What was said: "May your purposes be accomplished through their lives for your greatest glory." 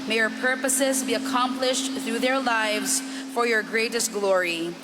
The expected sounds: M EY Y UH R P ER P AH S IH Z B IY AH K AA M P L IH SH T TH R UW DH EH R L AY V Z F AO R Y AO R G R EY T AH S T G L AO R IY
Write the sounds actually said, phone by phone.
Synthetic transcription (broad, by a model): M EY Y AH R P ER P AH S IH Z B IY AH K AA M P L IH SH T TH R UW DH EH R L AY V Z F AO R Y AO R G R EY T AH S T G L AO R IY